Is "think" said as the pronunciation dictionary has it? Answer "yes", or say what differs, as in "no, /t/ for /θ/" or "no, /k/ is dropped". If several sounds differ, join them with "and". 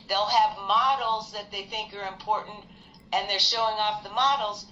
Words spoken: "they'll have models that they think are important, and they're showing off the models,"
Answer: yes